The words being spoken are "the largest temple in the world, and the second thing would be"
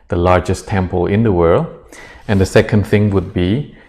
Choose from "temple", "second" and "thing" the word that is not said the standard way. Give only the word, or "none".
none